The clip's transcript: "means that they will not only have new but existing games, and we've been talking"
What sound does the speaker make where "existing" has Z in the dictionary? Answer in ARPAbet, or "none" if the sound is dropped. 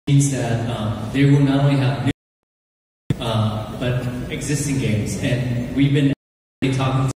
Z